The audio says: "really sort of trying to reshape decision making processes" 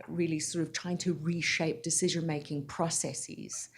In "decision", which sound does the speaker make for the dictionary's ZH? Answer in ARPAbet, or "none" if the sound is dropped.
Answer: ZH